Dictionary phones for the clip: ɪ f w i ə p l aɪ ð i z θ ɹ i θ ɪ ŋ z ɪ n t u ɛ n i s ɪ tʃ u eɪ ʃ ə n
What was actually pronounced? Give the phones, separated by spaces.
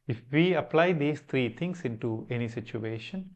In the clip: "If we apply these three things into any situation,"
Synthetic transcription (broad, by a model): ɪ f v i ə p l aɪ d i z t ɹ i t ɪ ŋ s ɪ n t u ɛ n i s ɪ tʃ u eɪ ʃ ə n